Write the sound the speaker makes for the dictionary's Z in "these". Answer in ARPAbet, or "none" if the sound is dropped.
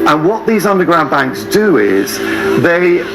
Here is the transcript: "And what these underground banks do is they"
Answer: Z